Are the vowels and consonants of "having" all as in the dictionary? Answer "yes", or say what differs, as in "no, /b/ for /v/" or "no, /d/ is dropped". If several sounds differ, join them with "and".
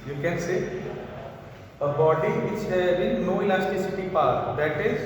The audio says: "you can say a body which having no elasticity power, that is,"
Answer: no, /b/ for /v/